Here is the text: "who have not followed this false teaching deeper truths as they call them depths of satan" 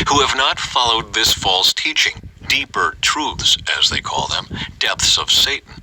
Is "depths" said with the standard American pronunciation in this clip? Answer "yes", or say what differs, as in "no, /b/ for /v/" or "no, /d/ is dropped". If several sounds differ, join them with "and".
yes